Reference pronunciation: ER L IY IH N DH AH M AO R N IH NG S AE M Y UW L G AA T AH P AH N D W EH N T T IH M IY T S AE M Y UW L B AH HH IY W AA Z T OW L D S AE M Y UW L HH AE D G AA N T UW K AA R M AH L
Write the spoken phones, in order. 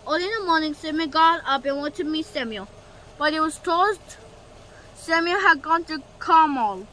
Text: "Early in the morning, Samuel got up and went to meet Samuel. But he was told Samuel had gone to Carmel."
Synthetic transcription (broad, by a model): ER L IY IH N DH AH M AO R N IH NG S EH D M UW G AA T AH B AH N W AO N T T IH M IY T S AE M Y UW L B AH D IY W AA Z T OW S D S AE M Y UW L HH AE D G AA N T UW K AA M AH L